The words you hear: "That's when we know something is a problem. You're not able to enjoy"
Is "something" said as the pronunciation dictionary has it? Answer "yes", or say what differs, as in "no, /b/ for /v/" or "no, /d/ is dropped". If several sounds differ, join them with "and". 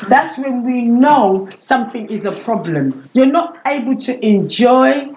yes